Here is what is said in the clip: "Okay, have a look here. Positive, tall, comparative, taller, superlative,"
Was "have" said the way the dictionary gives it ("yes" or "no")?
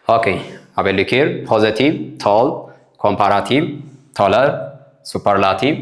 no